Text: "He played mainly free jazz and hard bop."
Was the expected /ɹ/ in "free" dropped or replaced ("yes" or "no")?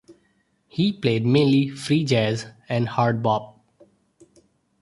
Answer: no